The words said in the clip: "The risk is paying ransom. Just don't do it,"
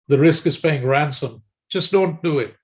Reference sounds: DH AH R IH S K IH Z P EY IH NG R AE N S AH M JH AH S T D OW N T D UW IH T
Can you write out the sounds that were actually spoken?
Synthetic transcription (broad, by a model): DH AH R IH S K IH Z P EY IH NG R AE N S AH M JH AH S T D OW N T D UW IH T